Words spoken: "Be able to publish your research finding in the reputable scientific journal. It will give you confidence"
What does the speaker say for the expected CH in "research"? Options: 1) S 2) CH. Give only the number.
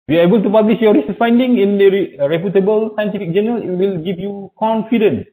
1